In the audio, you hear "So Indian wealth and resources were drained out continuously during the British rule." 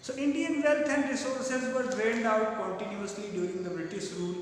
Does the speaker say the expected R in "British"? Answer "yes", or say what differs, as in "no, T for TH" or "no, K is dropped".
yes